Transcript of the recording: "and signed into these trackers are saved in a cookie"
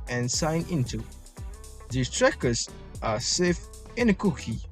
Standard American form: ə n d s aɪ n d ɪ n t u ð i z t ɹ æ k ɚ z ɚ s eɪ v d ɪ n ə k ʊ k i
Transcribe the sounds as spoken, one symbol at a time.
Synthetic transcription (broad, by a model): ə n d s aɪ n ɪ n t u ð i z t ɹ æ k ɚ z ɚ s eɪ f ɪ n ə k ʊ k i